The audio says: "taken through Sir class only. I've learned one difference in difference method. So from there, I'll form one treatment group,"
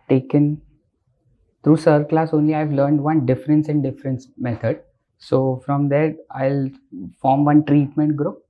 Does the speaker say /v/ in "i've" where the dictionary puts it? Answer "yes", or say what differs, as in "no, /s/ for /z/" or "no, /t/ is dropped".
yes